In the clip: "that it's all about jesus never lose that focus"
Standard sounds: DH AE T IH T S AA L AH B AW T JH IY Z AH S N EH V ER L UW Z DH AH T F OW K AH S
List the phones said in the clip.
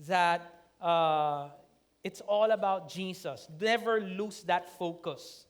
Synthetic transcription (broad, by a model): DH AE T IH T S AA L AH B AW T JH IY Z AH S N EH V ER L UW S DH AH T F OW K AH S